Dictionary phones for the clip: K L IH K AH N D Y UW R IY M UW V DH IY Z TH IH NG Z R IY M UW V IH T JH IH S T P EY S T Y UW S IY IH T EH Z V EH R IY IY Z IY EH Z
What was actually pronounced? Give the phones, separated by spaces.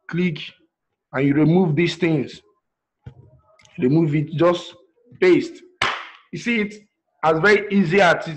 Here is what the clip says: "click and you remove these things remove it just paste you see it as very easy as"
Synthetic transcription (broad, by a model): K L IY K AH N Y UW R IY M UW V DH IY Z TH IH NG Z R IY M UW V IH T JH IH S T B EY S T Y UW S IY T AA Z V EH R IY IY Z IY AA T